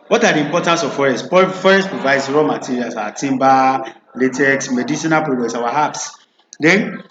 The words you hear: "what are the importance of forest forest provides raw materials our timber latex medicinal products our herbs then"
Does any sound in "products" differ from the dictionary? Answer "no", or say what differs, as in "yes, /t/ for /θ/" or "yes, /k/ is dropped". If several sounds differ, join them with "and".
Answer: yes, /k/ is dropped